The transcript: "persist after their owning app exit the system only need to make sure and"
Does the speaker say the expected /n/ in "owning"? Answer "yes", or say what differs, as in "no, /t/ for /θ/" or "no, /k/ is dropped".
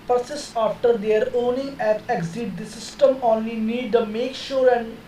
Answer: yes